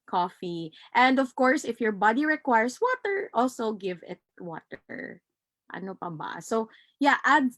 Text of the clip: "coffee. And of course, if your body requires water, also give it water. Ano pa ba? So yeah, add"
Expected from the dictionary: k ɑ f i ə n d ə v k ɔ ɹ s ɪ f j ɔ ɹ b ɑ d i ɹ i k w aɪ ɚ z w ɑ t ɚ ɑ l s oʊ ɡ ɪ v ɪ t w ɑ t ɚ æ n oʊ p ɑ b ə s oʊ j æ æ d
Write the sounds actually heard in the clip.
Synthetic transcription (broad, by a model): k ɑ f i ə n d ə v k ɔ ɹ s ɪ f j ɔ ɹ b ɑ d i ɹ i k w aɪ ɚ s w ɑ t ɚ ɑ l s oʊ ɡ ɪ v ɪ t w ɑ t ɚ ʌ n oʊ p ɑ b ə s oʊ j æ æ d